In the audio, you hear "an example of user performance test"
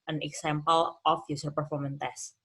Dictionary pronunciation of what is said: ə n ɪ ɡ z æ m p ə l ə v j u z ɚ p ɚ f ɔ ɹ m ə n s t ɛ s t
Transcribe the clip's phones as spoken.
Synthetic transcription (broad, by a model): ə n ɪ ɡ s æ m p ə l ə f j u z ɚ p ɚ f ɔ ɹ m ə n t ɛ s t